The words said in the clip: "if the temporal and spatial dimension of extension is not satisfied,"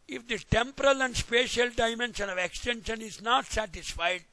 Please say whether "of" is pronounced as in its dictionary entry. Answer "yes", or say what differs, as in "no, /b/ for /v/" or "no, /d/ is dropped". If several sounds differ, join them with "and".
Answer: yes